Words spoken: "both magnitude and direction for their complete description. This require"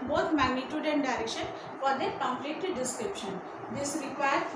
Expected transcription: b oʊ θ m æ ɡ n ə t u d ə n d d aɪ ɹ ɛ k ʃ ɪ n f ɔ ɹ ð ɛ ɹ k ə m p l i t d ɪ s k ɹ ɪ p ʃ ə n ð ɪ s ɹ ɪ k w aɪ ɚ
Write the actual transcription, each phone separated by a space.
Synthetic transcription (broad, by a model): b oʊ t m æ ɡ n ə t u d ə n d d aɪ ɹ ɛ k ʃ ɪ n f ɔ ɹ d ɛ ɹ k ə m p l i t d ɪ s k ɹ ɪ p ʃ ə n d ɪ s ɹ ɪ k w aɪ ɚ